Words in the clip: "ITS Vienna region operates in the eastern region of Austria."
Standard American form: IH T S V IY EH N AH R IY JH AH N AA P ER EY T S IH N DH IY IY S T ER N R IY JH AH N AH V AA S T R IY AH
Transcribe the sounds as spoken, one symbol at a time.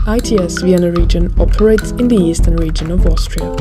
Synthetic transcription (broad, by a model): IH T S V IY EH N AH R IY JH AH N AA P ER EY T S IH N DH IY IY S T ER N R IY JH AH N AH V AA S T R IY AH